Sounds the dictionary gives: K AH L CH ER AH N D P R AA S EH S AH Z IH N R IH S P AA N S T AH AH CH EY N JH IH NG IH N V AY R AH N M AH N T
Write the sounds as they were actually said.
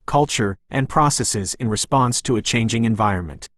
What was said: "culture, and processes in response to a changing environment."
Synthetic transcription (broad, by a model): K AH L CH ER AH N P R AA S EH S AH Z IH N R IH S P AA N S T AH AH CH EY N JH IH NG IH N V AY R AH N M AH N T